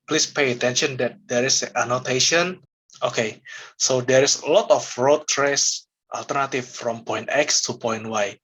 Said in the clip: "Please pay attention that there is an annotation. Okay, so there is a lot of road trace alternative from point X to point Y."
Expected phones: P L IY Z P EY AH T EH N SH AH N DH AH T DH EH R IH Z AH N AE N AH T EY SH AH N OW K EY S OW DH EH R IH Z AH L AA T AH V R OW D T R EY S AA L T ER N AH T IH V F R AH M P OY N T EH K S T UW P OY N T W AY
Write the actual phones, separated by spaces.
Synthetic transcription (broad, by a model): P L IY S P EY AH T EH N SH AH N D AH T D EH R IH S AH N N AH T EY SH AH N OW K EY S OW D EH R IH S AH L AA T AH F R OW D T R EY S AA L T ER N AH T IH F F R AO M P OY N T EH K S T UW P OY N T W AY